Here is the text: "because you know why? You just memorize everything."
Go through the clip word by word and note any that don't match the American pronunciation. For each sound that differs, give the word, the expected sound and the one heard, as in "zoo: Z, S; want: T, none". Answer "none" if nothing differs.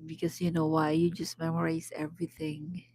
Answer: memorize: Z, S